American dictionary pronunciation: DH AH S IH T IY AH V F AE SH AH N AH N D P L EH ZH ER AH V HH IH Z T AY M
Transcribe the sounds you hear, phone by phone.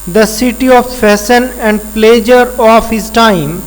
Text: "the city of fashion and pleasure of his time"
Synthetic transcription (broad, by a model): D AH S IH T IY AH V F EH S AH N AH N D P L EH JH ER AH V HH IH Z T AY M